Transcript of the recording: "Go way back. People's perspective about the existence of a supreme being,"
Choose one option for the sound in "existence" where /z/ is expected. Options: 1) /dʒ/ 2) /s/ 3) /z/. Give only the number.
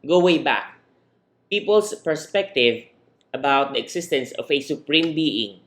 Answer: 2